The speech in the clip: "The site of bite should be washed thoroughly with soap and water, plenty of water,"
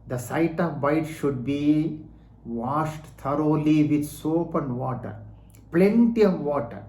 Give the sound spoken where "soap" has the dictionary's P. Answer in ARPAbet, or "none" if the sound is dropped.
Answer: P